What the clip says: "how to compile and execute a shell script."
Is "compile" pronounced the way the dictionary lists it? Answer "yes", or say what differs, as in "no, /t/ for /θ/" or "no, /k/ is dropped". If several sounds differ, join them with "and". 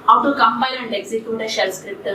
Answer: no, /b/ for /p/